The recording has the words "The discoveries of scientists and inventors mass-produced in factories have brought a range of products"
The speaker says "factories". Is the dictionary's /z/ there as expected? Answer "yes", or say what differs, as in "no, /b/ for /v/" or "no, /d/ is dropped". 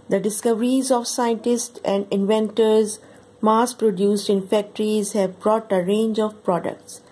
yes